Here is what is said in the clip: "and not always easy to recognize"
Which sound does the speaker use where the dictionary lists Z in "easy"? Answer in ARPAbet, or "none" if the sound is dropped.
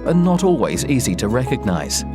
Z